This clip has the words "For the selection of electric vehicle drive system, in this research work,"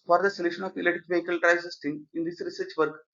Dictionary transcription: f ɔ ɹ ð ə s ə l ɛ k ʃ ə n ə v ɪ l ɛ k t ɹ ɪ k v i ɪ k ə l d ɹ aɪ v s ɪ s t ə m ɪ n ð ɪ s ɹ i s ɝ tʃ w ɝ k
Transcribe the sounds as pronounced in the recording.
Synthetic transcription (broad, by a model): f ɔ ɹ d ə s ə l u ʃ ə n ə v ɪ l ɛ t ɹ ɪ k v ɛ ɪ k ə l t ɹ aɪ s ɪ s t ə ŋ ɪ n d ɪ s ɹ i s ɝ tʃ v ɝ k